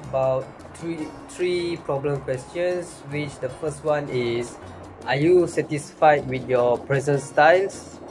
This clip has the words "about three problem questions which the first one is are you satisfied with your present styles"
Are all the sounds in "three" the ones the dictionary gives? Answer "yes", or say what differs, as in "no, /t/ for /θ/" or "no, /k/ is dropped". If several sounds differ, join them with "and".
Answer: no, /t/ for /θ/